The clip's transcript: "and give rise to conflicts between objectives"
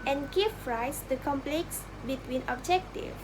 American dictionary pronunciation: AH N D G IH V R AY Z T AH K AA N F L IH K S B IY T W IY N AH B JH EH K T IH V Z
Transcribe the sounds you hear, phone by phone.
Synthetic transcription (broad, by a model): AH N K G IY F R AY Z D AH K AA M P L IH K S B IY T W IY N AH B JH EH K T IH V